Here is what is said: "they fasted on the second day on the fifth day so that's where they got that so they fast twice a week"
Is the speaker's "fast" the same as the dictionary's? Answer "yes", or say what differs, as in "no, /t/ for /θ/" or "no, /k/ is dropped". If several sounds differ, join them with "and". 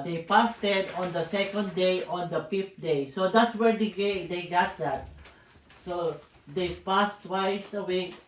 no, /p/ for /f/